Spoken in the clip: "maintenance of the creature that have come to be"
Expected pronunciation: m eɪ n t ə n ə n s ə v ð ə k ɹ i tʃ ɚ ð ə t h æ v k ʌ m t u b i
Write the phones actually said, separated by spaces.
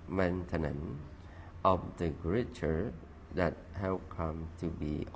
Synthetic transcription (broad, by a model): m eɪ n t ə n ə n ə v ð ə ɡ ɹ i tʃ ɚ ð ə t h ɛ p k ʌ m t u b i